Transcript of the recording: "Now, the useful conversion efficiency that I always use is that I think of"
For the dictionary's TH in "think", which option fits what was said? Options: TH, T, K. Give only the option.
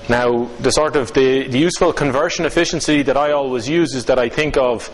TH